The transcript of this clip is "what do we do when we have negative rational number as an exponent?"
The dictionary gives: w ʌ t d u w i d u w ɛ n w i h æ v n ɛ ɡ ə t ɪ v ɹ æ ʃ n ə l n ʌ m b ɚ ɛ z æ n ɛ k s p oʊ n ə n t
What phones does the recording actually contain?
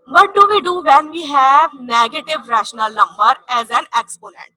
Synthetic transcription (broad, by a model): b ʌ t d u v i d u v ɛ n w i h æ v n ɛ ɡ ə t ɪ v ɹ æ ʃ n ə l n ʌ m b ɚ ɛ z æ n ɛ k s p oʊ n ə n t